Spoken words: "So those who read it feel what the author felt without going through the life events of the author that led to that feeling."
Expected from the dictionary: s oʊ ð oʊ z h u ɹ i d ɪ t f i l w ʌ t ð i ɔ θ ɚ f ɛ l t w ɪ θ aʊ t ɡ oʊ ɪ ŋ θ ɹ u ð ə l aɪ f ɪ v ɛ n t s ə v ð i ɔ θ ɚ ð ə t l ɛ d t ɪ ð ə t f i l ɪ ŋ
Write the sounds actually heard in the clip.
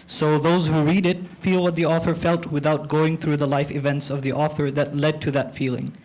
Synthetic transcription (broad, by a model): s oʊ ð oʊ z h u ɹ i d ɪ t f i l w ʌ t ð i ɔ θ ɚ f ɛ l t w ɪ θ aʊ t ɡ oʊ ɪ ŋ θ ɹ u ð ə l aɪ f ɪ v ɛ n t s ə v ð i ɔ θ ɚ ð ə t l ɛ d t ɪ ð ə t f i l ɪ ŋ